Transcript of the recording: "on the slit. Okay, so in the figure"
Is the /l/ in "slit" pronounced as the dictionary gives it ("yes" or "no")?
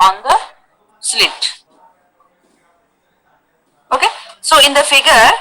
yes